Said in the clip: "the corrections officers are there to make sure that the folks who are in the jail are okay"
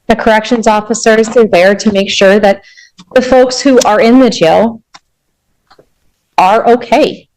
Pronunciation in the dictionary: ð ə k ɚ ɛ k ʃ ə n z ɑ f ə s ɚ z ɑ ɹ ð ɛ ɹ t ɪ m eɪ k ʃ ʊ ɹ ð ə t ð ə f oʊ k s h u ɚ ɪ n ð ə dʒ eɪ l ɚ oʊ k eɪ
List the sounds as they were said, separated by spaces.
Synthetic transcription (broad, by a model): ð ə k ɚ ɛ k ʃ ə n z ɑ f ə s ɚ z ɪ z ð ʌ ɹ t ɪ m eɪ k ʃ ʊ ɹ ð ə t ð ə f oʊ k s h u ɚ ɪ n ð ə dʒ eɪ l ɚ oʊ k eɪ